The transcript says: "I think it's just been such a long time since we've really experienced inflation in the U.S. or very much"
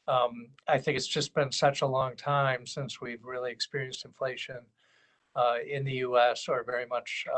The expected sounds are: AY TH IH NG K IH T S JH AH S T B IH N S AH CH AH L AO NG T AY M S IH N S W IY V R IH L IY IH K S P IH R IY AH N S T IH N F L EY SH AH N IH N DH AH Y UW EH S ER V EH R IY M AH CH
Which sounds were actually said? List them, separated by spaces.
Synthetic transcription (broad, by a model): AY TH IH NG K IH T S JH AH S B IH N S AH CH AH L AO NG T AY M S IH N S W IY V R IH L IY IH K S P IH R IY AH N S T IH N F L EY SH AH N IH N DH AH Y UW EH S ER V EH R IY M AH CH